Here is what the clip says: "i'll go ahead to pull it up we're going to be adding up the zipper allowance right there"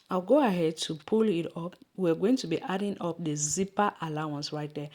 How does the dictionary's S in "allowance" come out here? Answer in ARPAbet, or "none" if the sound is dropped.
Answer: S